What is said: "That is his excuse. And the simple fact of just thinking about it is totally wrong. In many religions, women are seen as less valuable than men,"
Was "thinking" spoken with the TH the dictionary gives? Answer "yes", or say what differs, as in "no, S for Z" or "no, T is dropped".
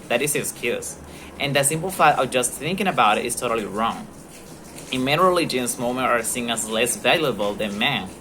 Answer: yes